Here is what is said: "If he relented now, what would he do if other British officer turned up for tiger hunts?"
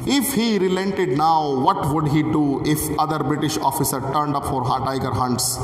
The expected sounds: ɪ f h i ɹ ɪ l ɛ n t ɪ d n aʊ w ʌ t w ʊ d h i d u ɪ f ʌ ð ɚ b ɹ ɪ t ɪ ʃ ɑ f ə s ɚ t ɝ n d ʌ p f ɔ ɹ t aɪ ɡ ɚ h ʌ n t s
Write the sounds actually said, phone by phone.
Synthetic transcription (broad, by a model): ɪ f h i ɹ ɪ l ɛ n t ɪ d n aʊ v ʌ t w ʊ d h i d u ɪ f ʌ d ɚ b ɹ ɪ t ɪ ʃ ɑ f ə s ɚ t ɝ n d ʌ p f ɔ ɹ t aɪ ɡ ɚ h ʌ n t s